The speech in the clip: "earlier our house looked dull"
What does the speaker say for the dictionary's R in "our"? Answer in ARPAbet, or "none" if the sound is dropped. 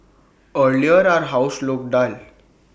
R